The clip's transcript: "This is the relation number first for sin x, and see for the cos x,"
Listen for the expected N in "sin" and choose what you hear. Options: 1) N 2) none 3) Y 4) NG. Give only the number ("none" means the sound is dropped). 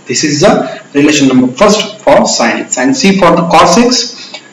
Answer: 2